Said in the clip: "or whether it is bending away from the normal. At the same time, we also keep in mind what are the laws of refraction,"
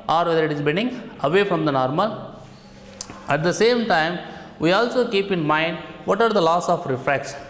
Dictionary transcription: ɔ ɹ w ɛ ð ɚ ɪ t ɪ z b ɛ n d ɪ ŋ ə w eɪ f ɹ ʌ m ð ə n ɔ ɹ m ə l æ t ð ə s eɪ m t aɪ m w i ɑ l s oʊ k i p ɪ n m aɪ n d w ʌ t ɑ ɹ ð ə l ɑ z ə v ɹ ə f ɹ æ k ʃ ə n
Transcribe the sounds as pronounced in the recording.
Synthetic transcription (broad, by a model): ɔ ɹ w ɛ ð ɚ ɪ t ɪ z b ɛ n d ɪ ŋ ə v eɪ f ɹ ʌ m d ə n ɔ ɹ m ə l æ t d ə s eɪ m t aɪ m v i ɑ l s oʊ k i p ɪ n m aɪ n d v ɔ t ɑ ɹ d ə l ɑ s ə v ɹ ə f ɹ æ k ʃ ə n